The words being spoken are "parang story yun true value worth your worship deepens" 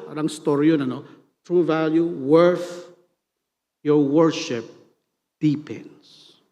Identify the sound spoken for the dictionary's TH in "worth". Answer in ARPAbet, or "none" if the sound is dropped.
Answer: F